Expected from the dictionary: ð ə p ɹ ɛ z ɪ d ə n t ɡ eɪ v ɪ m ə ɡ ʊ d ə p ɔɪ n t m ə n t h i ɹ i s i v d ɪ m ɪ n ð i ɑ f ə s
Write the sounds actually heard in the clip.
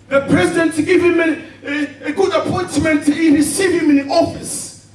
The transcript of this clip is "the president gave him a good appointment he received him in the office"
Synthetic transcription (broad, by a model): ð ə p ɹ ɛ z ɪ d ə n t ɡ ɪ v ɪ m ə ɡ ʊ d ə p ɔɪ n t m ə n t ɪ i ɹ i s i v ɪ m ɪ n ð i ɑ f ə s